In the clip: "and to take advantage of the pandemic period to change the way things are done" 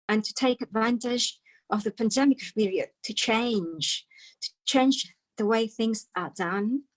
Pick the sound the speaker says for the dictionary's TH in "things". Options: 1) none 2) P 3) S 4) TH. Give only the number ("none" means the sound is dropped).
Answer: 4